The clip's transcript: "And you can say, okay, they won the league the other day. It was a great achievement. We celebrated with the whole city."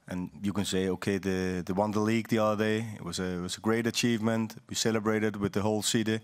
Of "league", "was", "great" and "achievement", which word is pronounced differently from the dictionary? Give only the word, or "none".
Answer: none